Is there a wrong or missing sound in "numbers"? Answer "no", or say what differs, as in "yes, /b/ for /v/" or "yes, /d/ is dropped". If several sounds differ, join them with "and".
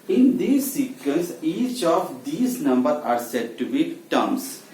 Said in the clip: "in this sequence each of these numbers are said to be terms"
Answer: yes, /z/ is dropped